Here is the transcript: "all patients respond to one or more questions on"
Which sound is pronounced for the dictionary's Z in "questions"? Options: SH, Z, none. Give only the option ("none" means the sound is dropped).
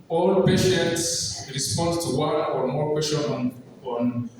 none